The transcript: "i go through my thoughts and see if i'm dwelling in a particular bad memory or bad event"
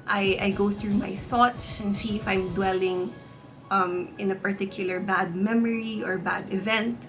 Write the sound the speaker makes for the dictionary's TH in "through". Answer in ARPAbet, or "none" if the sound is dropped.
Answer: TH